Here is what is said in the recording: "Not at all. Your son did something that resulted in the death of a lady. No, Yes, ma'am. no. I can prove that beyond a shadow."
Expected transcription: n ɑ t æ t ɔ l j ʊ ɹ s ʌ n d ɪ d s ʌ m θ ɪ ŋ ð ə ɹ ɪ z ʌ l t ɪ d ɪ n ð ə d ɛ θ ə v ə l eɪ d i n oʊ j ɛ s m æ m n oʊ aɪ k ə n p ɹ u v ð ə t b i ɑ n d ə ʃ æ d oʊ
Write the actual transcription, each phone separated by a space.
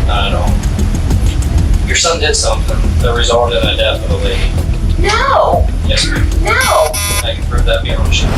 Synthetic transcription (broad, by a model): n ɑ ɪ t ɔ n j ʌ ɹ s ʌ n d ɪ d s ʌ m θ ɪ ŋ ð ə ɹ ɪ z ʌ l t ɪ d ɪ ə d ɛ f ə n ə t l i n oʊ j ɛ s n oʊ aɪ k ə n p ɹ u v ð ə t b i ə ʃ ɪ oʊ